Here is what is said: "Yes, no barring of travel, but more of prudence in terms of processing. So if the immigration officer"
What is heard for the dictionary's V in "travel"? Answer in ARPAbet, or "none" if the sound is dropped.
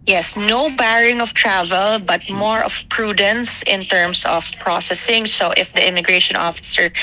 V